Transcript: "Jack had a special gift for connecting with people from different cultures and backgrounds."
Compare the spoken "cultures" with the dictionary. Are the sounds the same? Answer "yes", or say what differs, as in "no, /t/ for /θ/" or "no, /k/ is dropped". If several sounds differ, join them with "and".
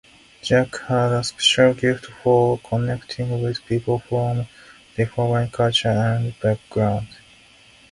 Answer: no, /z/ is dropped